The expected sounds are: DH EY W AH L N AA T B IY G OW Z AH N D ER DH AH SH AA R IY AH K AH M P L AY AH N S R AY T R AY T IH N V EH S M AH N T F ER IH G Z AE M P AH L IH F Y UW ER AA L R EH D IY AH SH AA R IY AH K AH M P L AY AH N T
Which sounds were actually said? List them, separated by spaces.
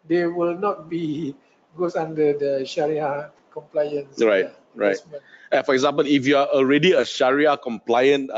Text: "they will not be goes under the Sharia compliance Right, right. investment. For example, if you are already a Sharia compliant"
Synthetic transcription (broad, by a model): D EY W AH L N AA T B IY G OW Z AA N D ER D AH SH AA R IY AH K AH M P L AY AH N S R AY T R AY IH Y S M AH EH F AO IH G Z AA M P AH L IH F Y UW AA AA L R EH D IY AH SH AA R IY AH K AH M P L AY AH N